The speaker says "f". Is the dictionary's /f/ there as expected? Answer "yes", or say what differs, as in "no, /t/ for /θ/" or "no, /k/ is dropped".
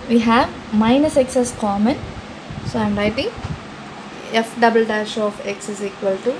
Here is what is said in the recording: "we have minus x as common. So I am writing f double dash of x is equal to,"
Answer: yes